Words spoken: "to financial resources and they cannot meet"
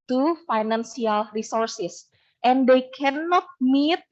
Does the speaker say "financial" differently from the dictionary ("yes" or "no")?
yes